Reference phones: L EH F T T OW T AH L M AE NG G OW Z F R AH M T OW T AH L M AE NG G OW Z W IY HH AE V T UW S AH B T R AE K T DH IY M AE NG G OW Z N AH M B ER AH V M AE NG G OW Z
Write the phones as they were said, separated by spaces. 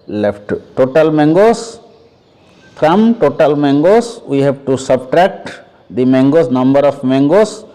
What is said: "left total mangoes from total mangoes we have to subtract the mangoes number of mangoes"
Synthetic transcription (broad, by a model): L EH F T T OW T AH L M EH NG G OW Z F R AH M T OW T AH L M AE NG G OW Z W IY HH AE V T UW S AH B T R AE K T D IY M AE NG G OW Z N AH M B ER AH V M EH NG G OW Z